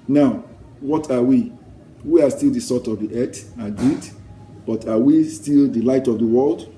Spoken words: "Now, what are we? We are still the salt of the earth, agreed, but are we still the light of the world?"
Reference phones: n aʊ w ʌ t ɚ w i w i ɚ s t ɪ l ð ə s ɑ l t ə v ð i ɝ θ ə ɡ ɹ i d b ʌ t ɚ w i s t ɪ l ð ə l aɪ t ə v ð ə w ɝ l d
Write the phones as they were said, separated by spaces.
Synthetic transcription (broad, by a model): n aʊ w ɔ t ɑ w i w i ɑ s t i l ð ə s ɑ t ə v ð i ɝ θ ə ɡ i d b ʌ t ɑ w i s t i l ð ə l aɪ t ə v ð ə w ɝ l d